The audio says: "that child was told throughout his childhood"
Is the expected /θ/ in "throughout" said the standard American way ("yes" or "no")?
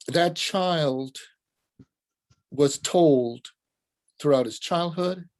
yes